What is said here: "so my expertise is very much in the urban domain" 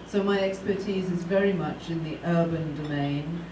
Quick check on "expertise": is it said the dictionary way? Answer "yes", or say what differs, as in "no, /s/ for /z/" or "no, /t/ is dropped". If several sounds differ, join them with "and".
yes